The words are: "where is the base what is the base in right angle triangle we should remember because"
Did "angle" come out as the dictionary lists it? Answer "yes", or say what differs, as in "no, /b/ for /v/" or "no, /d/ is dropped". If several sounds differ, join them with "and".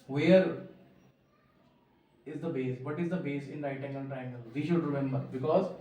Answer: no, /n/ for /l/